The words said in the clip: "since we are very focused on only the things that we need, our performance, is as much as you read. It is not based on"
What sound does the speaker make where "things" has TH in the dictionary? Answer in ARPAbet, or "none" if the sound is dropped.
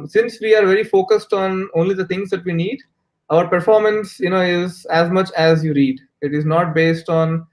T